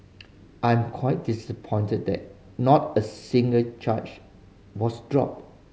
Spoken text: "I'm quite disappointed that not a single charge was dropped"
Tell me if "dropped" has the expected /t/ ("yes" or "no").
no